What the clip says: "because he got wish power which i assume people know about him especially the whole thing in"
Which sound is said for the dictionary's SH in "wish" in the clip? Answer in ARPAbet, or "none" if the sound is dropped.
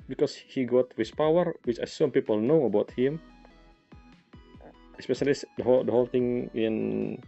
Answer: S